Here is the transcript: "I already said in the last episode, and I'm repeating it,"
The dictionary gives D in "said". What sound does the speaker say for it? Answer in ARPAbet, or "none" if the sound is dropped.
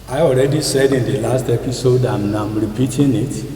D